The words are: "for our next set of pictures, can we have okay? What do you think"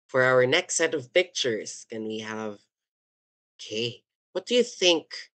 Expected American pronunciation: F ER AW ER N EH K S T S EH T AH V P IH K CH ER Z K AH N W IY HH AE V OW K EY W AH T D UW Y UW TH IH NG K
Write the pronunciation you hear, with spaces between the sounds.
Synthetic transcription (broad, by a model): F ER AW ER N EH K S T S EH T AH V P IH K CH ER Z K AH N W IY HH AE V OW K EY W AH T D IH Y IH TH IH NG K